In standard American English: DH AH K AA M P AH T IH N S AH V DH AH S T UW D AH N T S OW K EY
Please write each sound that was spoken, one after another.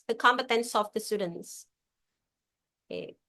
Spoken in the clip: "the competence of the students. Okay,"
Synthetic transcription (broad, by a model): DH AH K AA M B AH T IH N S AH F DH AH S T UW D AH N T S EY